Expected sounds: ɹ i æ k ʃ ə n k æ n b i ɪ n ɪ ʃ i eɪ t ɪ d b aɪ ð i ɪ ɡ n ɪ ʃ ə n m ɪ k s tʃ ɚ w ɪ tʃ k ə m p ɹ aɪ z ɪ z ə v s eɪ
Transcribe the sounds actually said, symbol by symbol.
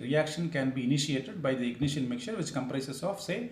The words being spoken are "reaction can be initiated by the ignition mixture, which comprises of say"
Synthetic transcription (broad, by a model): ɹ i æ k ʃ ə n k æ n b i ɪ n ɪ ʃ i eɪ t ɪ d b aɪ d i ɪ ɡ n ɪ ʃ ə n m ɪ k tʃ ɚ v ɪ tʃ k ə m p ɹ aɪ s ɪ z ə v s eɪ